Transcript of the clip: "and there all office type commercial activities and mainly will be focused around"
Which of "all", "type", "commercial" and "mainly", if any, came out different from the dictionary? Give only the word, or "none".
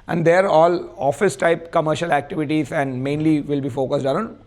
none